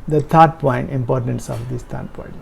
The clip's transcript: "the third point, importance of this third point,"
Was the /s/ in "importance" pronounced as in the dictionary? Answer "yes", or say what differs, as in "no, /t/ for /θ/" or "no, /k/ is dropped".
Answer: yes